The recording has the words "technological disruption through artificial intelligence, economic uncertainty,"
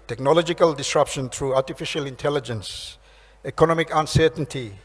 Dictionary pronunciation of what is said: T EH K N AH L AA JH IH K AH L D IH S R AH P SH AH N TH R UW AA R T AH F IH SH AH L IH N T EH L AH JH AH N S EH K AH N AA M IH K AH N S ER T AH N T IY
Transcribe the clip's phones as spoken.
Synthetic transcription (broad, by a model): T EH K N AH L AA JH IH K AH L D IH S R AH P SH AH N T R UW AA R T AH F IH SH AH L IH N T EH L AH JH AH N S EH K AH N AA M IH K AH N S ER T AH N T IY